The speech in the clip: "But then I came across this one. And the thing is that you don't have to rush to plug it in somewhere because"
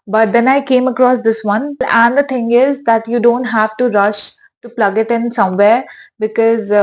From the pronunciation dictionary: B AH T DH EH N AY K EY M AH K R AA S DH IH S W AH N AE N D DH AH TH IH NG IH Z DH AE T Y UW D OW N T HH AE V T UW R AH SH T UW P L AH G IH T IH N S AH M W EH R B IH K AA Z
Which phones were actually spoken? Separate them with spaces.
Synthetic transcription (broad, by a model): B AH T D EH N AY K EY M AH K R AA S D IH S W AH N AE N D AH T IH NG IH Z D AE T Y UW D OW N T HH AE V T UW R AH SH T UW P L AH G IH T IH N S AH M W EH R B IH K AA Z